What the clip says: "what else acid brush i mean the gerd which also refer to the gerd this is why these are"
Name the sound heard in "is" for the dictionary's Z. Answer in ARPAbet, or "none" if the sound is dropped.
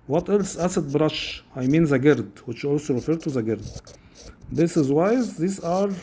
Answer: Z